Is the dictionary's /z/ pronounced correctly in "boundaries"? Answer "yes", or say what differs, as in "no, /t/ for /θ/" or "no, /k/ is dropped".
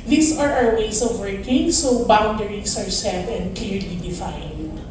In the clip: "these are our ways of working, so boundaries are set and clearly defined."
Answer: no, /s/ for /z/